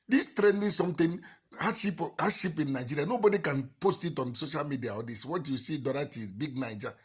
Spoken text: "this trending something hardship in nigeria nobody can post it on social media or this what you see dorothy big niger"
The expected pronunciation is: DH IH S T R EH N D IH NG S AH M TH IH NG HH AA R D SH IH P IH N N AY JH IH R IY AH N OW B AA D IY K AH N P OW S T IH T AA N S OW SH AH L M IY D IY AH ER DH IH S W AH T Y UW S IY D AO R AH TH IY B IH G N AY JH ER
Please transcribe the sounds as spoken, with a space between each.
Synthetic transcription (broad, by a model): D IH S T R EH N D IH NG S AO M T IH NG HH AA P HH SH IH P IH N N AY JH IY R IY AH N OW B AA D IY K AH N P OW S T IH T AA N S OW SH AH L M IY D IY AH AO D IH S W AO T Y UW S IY D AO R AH T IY B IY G N AY JH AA